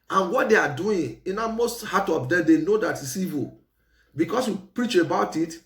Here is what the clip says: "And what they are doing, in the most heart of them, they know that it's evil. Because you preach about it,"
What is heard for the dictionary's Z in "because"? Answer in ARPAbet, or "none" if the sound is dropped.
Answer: S